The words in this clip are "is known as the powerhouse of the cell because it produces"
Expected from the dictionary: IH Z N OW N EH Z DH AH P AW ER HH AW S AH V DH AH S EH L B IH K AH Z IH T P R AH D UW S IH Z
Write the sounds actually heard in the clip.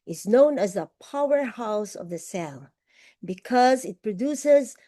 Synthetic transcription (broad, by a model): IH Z N OW N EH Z DH AH P AW ER HH AW S AH V DH AH S EH L B IH K AH Z IH T P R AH D UW S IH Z